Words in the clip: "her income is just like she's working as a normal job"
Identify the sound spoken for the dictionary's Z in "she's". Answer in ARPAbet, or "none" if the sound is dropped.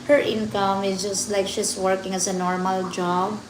S